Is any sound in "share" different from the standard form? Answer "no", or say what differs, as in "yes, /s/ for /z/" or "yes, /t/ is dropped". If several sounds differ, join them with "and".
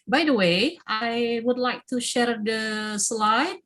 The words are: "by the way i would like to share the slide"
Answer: no